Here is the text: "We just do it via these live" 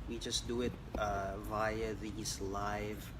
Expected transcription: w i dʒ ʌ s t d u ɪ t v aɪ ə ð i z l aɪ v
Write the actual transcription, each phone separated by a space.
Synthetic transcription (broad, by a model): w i dʒ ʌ s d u ɪ t v aɪ ə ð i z l aɪ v